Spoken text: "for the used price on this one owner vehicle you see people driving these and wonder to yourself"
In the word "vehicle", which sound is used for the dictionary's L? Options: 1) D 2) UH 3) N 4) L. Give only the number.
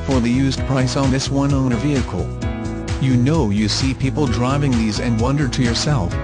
3